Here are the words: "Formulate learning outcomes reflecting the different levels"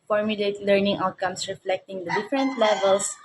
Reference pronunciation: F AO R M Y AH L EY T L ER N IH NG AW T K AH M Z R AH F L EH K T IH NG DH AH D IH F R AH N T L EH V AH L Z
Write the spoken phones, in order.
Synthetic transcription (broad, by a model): F AO R M Y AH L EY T L ER N IH NG AW T K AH M S R AH F L EH K T IH NG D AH D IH F R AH N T L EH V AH L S